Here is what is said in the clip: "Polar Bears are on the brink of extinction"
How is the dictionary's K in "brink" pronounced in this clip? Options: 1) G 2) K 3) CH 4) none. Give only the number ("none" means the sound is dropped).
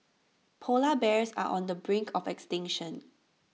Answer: 2